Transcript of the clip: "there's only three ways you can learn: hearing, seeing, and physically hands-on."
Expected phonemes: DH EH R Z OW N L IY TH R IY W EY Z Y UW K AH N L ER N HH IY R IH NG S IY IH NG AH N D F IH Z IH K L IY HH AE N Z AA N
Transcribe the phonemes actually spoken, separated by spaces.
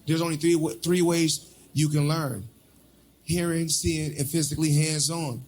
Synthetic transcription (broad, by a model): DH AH R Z OW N L IY TH R IY W EY Z Y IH K AH N L ER N HH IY R IH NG S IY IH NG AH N F IH Z IH K L IY HH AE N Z N